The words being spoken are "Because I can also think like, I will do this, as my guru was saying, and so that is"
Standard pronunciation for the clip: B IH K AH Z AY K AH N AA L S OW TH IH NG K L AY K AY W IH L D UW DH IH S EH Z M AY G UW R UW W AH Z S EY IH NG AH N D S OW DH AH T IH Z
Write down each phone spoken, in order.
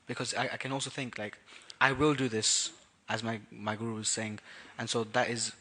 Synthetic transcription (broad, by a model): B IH K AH Z AY K AH N AA L S OW TH IH NG K L AY K AY W IH L D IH DH IH S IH Z M AY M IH R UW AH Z S EY IH NG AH N S OW DH AH T IH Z